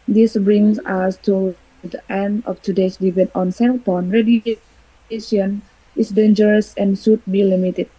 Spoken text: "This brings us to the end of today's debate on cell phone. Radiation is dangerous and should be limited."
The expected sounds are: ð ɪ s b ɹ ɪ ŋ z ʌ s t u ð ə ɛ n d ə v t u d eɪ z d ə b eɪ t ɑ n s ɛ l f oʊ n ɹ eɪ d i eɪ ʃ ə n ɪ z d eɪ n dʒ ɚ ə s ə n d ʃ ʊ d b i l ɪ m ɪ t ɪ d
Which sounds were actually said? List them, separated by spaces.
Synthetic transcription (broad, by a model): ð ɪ s b ɹ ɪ ŋ s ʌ s t u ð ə ɛ n d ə f t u d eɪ s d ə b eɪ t ɑ n s ɛ l p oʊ n ɹ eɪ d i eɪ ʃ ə n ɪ s d eɪ n dʒ ɚ ə s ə n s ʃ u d b i l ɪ m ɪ t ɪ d